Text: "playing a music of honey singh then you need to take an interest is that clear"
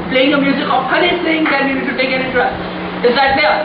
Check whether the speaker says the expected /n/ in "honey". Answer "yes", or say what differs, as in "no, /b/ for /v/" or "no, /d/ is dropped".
no, /l/ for /n/